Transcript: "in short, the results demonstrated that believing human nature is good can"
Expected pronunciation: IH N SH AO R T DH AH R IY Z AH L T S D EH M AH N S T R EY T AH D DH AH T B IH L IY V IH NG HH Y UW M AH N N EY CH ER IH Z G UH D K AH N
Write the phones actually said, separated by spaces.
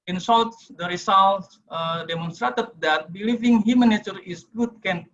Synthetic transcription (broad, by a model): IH N S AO L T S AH R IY S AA L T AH D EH M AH N S T R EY T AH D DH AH T B IH L IY V IH NG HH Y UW M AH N N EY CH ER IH S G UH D K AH N